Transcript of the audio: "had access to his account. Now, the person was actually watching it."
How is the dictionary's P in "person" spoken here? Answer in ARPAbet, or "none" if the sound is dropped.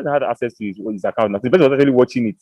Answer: B